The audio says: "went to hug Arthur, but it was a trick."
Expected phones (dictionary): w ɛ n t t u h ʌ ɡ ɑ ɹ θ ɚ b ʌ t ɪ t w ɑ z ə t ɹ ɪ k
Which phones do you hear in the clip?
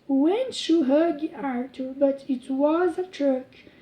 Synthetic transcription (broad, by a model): w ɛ n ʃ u h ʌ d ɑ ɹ t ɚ b ʌ t ɪ t w ɑ z ə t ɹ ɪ k